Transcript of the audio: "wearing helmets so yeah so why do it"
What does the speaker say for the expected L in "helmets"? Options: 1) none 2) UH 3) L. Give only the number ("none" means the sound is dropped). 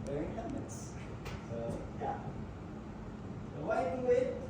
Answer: 1